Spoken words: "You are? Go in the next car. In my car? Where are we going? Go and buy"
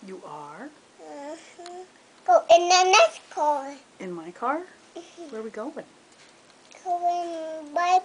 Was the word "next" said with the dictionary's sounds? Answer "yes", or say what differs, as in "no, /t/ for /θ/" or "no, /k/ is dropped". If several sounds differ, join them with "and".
no, /k/ is dropped